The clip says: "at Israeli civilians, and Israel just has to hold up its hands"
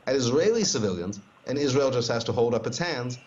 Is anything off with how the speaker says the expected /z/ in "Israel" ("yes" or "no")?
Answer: no